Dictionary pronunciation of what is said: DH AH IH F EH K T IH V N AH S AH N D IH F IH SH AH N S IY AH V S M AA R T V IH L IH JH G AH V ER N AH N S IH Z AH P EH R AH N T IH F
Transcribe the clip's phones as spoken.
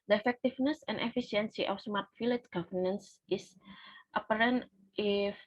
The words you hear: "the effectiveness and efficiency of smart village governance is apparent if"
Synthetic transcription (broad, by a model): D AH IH F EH K T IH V N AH S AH N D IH F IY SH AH N S IY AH F S M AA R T F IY L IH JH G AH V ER N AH N S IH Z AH P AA R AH N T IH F